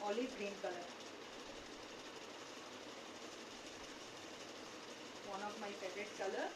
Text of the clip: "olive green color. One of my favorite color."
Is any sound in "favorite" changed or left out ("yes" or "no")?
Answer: yes